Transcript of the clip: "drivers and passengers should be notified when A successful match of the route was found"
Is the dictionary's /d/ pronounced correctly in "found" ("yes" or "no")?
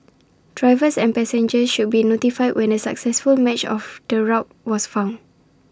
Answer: no